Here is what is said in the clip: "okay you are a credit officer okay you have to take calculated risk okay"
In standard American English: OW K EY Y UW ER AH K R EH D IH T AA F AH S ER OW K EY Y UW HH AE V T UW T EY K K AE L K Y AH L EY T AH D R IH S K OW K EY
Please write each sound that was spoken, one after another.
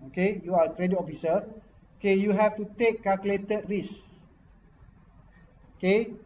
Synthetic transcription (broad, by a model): OW K EY Y UW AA AH K R EH D IH T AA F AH S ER OW K EY Y UW HH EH F T UW T EY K K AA L K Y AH L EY T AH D R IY S OW K EY